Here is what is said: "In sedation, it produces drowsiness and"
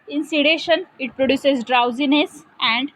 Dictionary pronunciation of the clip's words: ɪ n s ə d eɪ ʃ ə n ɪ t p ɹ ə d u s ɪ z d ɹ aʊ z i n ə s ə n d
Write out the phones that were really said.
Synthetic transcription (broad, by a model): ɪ n s ə d eɪ ʃ ə n ɪ t p ɹ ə d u s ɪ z d ɹ aʊ z i n ə s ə n d